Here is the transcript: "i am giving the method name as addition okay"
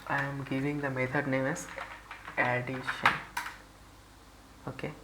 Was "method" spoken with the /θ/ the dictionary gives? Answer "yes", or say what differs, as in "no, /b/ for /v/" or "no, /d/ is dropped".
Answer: no, /t/ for /θ/